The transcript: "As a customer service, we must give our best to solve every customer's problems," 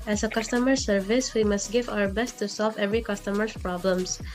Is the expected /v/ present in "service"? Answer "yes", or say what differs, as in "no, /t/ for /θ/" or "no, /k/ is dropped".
yes